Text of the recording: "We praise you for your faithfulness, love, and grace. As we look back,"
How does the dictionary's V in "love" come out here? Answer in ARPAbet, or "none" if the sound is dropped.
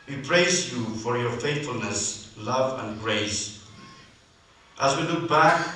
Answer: V